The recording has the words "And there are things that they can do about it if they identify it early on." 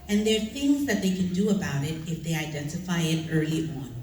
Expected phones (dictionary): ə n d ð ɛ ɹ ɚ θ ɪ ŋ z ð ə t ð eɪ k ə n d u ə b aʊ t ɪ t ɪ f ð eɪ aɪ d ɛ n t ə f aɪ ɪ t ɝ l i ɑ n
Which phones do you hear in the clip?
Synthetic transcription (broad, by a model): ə n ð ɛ ɹ θ ɪ ŋ z ð ə t ð eɪ k ə n d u ə b aʊ t ɪ t ɪ f ð eɪ aɪ d ɛ n t ə f aɪ ɪ t ɝ l i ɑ n